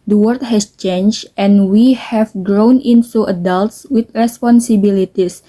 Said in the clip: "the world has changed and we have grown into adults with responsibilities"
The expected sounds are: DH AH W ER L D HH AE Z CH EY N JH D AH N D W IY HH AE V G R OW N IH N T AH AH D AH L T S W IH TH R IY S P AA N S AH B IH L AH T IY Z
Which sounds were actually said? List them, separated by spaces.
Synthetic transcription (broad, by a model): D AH W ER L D HH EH S CH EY N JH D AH N W IY HH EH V G R OW N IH N S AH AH D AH L T S W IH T R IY S P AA N S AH B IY L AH T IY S